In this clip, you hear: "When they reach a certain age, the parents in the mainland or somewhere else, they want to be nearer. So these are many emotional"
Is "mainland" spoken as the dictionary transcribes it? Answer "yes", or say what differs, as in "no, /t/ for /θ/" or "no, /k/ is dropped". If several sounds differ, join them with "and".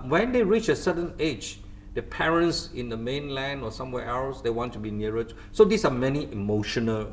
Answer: yes